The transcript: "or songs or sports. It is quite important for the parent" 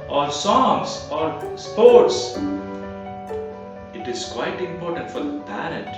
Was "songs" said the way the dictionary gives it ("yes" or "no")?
no